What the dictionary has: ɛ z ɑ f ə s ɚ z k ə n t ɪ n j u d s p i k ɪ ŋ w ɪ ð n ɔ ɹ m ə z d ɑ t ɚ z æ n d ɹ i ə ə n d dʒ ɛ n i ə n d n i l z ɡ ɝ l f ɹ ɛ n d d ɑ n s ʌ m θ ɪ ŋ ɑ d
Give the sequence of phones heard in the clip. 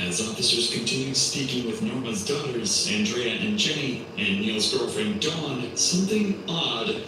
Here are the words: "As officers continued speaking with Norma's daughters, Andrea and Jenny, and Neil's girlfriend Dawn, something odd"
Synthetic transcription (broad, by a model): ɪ z ɑ f ə s ɚ z k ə n t ɪ n j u s p i k ɪ ŋ w ɪ ð n ɔ ɹ m ə z d ɑ t ɚ z æ n d ɹ i ə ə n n dʒ ɛ n i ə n n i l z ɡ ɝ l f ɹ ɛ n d d ɑ n s ʌ m θ ɪ ŋ ɑ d